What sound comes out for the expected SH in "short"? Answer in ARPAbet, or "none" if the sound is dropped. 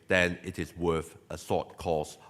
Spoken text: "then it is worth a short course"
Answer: S